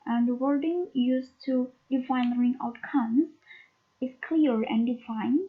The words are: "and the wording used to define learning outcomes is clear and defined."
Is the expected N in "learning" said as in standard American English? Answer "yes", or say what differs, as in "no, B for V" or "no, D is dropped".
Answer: no, N is dropped